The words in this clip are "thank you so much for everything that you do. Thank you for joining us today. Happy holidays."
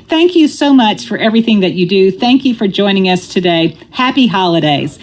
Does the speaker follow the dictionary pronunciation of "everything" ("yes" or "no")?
yes